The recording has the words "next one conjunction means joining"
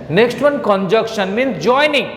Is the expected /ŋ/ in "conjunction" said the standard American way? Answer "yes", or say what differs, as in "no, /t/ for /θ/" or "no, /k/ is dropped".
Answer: no, /ŋ/ is dropped